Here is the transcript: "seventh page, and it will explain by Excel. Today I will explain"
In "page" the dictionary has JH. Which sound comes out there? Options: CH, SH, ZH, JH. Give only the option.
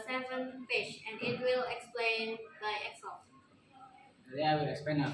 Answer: SH